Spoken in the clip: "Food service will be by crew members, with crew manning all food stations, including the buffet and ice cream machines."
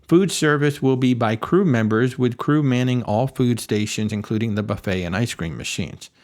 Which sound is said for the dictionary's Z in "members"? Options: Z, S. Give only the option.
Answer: Z